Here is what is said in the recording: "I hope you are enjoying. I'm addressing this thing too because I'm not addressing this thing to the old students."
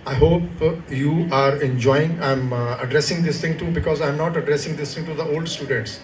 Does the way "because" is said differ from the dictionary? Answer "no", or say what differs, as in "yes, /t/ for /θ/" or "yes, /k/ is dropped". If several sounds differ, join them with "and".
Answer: no